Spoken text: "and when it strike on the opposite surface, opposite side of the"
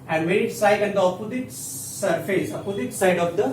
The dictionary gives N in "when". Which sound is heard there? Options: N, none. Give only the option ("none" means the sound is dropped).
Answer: none